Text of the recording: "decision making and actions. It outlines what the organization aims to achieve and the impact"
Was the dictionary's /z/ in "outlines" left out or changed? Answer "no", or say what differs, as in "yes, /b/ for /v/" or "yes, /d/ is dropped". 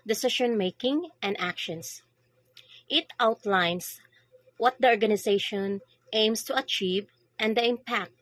yes, /s/ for /z/